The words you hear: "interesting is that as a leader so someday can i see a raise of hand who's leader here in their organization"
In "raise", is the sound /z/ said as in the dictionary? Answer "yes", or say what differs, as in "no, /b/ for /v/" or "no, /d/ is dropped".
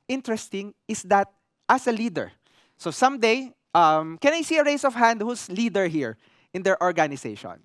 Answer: no, /s/ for /z/